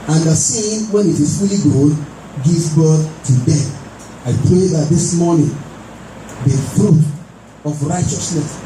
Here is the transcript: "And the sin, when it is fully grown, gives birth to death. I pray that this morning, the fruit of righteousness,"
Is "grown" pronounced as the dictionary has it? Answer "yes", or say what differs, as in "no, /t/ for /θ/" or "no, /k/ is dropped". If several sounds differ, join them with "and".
no, /ɹ/ is dropped